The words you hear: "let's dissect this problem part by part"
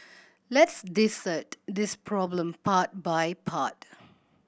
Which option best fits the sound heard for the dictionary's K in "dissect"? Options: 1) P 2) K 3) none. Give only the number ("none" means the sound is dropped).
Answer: 3